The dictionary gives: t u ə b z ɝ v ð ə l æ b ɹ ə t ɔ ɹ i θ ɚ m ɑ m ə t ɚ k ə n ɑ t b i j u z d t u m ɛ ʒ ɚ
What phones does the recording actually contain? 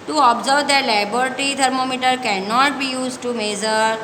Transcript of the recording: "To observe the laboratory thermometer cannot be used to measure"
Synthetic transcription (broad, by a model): t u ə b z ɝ v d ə l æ b ə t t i t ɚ m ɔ m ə t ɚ k ə n ɑ t b i j u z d t u m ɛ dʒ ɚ